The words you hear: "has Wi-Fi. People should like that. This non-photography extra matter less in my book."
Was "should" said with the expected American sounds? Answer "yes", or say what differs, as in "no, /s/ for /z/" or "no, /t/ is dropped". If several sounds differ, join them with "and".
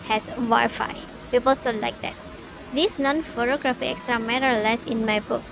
no, /s/ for /ʃ/